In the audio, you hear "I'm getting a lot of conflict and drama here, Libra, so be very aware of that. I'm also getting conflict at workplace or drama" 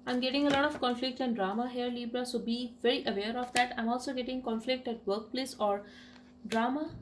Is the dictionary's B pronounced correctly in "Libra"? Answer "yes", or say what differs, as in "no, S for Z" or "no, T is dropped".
yes